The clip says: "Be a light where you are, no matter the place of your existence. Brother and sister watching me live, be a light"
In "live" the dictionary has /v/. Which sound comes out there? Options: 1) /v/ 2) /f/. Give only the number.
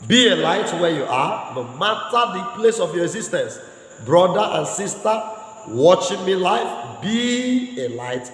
2